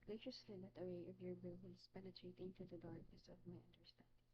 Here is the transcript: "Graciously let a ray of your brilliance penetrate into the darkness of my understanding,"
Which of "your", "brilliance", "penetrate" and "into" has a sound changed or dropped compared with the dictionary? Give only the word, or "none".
brilliance